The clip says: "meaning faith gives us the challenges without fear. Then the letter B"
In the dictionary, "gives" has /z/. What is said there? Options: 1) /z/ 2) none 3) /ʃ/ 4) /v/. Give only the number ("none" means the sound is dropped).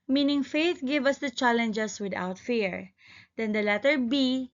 2